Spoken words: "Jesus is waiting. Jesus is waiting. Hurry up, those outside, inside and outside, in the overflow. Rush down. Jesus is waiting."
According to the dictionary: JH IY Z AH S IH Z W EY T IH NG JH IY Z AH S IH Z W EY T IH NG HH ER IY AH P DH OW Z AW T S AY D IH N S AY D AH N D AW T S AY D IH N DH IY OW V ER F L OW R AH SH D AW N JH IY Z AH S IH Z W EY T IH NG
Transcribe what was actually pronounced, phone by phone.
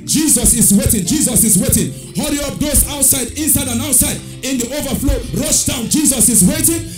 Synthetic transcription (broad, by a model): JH IY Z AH S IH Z W EY T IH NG JH IY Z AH S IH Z W EY T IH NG HH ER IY AH P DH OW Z AW T S AY D IH N S AY D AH N AW T S AY D IH N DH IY OW V ER F L OW R AH SH D AW N JH IY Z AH S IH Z W EY T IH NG